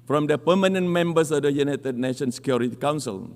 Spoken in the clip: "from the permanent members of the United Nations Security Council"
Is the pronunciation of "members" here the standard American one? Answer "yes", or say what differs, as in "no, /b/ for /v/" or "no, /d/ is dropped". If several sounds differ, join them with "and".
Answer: no, /s/ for /z/